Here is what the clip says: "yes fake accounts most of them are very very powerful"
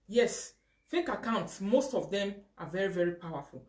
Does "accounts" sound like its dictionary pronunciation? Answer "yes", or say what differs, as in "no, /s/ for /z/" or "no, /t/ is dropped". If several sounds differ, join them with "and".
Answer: yes